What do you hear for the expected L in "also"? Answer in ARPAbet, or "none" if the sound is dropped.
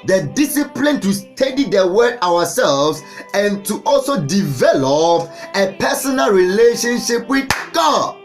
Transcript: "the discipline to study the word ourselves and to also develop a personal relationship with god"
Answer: L